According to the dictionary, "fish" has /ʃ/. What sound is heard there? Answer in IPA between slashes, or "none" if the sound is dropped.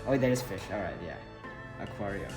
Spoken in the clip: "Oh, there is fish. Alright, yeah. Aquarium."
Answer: /ʃ/